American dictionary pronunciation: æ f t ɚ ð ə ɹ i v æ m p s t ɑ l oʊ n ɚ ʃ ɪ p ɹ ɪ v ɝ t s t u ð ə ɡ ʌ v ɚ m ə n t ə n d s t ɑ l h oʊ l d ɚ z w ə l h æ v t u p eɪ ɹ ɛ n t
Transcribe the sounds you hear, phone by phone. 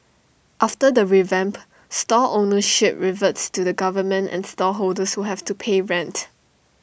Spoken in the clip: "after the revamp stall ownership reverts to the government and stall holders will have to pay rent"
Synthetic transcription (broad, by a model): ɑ f t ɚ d ə ɹ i v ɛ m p s t ɑ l oʊ n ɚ ʃ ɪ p ɹ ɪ v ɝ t s t u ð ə ɡ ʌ v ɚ m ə n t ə n s t ɑ h oʊ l d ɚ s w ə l h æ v t u p eɪ ɹ ɛ n t